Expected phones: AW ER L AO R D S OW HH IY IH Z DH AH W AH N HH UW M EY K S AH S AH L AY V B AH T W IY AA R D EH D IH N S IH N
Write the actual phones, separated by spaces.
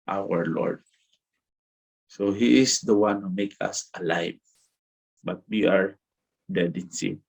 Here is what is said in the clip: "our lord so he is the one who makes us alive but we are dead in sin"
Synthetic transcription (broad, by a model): AW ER L AO R D S OW HH IY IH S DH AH W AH N HH UW M EY K AH S AH L AY V B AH T W IY AA R D EH D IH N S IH